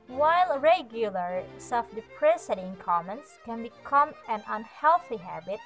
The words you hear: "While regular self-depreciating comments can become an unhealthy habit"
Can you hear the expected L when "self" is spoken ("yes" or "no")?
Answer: no